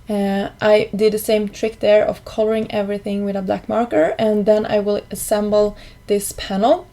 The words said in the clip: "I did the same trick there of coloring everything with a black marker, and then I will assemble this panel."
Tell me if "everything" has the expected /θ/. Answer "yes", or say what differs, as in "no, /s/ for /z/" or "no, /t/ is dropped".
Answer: yes